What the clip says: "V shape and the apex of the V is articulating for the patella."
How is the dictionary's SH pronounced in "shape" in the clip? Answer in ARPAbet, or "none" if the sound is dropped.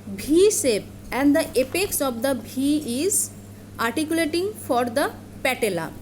S